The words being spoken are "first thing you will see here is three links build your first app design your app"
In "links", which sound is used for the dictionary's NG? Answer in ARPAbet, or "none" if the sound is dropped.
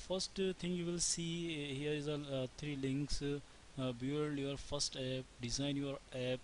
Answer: NG